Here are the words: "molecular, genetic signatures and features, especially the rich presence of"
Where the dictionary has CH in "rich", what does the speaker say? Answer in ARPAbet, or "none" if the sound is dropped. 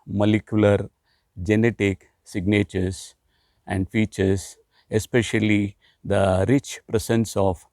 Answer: CH